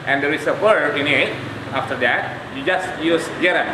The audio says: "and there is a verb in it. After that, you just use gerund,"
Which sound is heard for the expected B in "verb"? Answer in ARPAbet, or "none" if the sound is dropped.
none